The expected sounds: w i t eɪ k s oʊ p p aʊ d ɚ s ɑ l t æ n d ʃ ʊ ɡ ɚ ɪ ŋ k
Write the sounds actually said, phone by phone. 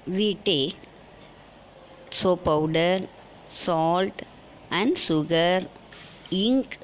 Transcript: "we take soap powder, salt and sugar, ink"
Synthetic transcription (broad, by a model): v i t eɪ k s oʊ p p aʊ d ɚ s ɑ l t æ n d s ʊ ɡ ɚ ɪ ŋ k